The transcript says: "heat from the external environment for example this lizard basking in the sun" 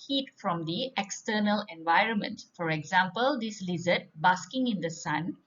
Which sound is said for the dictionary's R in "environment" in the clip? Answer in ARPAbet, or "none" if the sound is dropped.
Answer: R